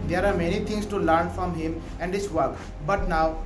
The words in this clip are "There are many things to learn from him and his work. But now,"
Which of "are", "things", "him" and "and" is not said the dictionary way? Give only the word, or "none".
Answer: things